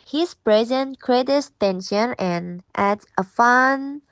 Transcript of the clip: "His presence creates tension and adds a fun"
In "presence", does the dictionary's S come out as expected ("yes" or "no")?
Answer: no